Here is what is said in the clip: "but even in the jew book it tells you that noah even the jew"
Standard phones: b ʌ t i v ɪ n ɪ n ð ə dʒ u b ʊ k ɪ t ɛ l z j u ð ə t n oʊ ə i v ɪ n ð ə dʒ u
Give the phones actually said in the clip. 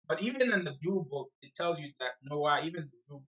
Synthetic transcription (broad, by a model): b ʌ t i v ɪ n ɪ n ð ə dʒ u b ʊ k ɪ t ɛ l z j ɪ ð ə t n oʊ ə i v ɪ n ð ə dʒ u